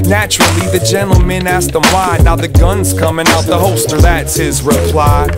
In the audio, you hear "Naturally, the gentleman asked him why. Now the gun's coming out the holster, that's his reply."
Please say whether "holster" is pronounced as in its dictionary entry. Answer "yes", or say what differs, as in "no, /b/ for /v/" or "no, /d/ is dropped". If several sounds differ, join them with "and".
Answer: no, /l/ is dropped